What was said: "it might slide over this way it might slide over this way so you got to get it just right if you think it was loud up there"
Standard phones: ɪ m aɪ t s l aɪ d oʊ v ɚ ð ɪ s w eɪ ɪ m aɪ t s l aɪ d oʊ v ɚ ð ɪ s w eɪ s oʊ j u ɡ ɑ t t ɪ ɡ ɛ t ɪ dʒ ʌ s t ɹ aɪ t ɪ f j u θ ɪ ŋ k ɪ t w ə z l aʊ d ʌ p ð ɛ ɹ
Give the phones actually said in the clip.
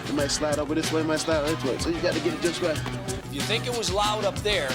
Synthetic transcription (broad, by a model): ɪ m aɪ t s l aɪ d oʊ v ɚ ð ɪ s w eɪ ɪ m aɪ t s l aɪ d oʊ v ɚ ð ɪ s w eɪ s oʊ j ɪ ɡ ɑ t t ɪ ɡ ɛ t ɪ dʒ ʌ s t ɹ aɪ ɪ f j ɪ θ ɪ ŋ k ɪ t w ə z l aʊ d ʌ p ð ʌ ɹ